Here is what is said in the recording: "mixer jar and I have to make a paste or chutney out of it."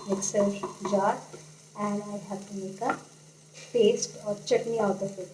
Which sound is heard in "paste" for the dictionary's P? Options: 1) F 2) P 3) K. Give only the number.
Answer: 1